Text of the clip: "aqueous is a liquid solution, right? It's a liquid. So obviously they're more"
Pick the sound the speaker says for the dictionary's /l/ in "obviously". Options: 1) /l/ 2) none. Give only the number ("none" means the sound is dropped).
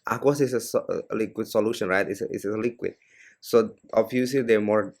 2